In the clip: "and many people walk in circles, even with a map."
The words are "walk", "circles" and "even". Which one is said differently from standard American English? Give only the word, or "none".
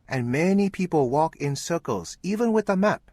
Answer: none